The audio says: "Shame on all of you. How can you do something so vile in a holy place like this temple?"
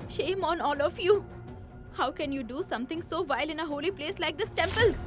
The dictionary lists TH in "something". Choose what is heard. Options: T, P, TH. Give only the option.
T